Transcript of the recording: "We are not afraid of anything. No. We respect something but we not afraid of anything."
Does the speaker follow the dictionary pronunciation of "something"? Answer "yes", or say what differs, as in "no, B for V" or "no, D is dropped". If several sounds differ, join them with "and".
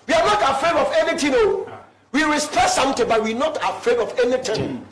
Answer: no, T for TH